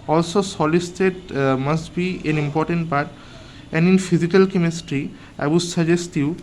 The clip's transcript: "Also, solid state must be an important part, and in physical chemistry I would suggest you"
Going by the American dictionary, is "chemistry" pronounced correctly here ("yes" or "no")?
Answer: yes